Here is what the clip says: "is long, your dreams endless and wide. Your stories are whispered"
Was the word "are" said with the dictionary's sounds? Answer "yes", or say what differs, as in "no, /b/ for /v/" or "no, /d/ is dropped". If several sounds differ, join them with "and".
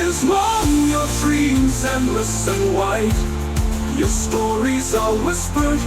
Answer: no, /l/ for /ɹ/